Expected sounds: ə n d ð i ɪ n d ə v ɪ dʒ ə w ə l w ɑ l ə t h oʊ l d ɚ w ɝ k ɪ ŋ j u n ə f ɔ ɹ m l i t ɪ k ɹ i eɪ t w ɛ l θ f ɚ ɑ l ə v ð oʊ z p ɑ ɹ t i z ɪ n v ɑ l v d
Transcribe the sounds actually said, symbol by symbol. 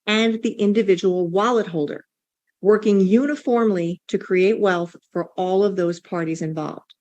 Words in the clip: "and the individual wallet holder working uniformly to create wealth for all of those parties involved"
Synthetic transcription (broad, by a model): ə n ð i ɪ n d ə v ɪ dʒ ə w l w ɑ l ə t h oʊ l d ɚ w ɝ k ɪ ŋ j u n ə f ɔ ɹ m l i t ɪ k ɹ i eɪ t w ɛ l θ f ɚ ɑ l ə v ð oʊ z p ɑ ɹ t i z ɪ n v ɑ l v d